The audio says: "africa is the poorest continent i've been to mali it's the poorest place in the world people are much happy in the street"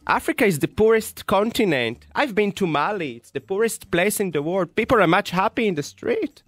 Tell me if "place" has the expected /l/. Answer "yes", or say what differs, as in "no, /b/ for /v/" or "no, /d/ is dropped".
yes